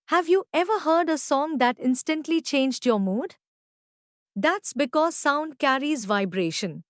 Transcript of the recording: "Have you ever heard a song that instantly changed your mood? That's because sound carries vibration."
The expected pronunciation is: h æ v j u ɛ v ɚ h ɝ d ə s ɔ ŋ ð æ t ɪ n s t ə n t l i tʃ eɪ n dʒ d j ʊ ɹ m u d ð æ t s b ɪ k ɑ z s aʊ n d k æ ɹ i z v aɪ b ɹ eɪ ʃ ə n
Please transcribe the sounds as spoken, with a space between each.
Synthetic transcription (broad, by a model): h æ v j u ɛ v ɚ h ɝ d ə s ɔ ŋ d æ t ɪ n s t ə n t l i tʃ eɪ n dʒ d j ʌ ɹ m u d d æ t s b ɪ k ɑ z s aʊ n d k æ ɹ i z v aɪ b ɹ eɪ ʃ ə n